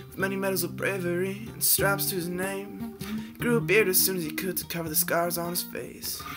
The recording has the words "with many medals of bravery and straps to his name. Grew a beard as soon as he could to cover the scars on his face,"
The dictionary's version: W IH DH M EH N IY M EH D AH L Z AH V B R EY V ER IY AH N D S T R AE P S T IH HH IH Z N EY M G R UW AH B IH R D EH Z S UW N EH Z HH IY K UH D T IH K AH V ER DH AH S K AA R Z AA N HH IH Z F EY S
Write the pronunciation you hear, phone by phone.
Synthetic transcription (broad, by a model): W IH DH M EH N IY M EH D L Z AH V B R EY V ER IY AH N S T R AE P S T IH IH Z N EY M G R UW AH B IH R D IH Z S UW N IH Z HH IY K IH D T IH K AH V ER DH AH S K AA R Z N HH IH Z F EY S